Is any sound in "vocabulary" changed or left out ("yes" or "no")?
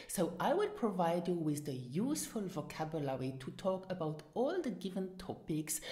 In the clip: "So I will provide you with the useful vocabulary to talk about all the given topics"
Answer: no